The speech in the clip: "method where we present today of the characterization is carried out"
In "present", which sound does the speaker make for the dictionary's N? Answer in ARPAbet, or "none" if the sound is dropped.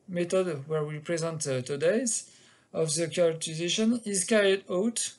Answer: N